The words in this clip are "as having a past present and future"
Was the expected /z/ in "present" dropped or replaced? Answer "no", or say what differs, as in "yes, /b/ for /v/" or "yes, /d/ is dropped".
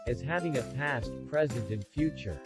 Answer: no